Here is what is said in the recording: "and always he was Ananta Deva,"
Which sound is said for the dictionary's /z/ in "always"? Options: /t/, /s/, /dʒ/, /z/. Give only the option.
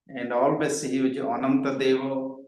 /s/